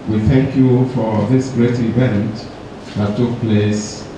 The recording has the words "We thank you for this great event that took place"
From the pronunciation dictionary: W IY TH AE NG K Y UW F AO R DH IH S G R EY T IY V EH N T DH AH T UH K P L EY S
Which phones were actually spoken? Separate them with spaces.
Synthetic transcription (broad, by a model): W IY TH AE NG K Y UW F AO R DH IH S G R EY T IY V EH N T DH AH T UH K P L EY S